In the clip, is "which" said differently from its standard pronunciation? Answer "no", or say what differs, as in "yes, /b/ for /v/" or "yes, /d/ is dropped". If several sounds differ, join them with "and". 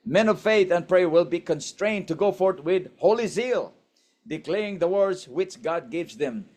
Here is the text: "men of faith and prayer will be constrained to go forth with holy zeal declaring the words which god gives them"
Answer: no